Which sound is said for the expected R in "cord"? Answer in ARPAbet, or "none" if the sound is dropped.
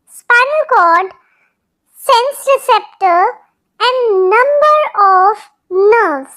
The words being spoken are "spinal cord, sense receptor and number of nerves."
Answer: L